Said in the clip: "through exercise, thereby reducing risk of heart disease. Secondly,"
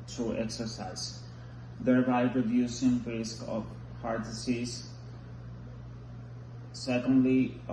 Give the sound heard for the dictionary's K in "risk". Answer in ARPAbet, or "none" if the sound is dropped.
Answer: K